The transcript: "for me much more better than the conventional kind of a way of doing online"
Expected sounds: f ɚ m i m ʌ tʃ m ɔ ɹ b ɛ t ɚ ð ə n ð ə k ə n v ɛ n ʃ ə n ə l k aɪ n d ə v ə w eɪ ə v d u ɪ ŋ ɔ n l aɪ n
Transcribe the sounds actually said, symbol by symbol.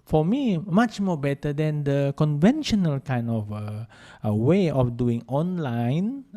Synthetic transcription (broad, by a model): f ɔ m i m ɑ tʃ m ɔ b ɛ t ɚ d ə n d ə k ə n v ɛ n ʃ ə n ə l k aɪ n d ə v ə w eɪ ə f d u ɪ ŋ ɔ n l aɪ n